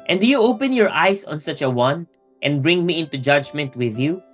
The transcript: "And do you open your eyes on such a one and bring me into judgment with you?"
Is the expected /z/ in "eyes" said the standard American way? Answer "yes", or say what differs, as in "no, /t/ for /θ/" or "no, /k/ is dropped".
no, /s/ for /z/